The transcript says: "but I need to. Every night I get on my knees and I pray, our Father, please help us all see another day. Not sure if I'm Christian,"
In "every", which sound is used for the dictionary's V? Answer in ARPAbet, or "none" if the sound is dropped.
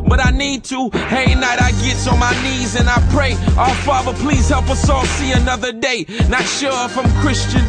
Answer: none